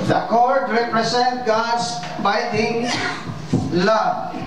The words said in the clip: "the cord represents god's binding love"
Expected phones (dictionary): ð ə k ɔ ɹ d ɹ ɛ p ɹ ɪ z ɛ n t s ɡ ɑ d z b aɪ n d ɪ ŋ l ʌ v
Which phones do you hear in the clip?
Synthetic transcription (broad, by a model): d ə k ɔ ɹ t ɹ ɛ p ɹ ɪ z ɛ n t ɡ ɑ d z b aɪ d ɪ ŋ l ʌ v